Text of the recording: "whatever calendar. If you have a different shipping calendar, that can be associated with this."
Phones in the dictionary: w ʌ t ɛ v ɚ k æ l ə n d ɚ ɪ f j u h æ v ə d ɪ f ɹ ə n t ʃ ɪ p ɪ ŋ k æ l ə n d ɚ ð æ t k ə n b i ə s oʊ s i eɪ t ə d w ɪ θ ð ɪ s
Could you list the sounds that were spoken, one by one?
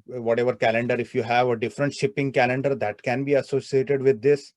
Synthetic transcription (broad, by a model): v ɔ t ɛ v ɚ k æ l ə n d ɚ ɪ f j u h æ v ə d ɪ f ɹ ə n t ʃ ɪ p ɪ ŋ k æ l ə n d ɚ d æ t k ə n b i ə s oʊ s i eɪ t ə d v ɪ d ɪ s